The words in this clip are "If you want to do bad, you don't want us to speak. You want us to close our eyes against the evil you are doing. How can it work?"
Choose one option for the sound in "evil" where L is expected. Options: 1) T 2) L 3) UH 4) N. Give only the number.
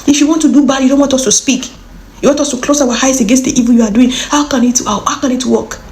4